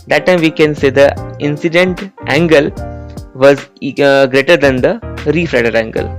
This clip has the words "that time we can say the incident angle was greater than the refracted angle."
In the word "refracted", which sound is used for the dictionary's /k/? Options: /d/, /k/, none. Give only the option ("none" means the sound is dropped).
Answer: none